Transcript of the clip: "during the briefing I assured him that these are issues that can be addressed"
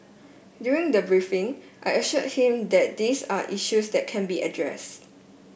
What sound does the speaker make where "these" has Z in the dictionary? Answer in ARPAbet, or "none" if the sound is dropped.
S